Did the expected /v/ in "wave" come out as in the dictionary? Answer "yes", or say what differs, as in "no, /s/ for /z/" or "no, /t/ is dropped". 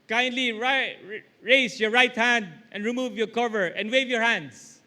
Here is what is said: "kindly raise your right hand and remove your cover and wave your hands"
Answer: yes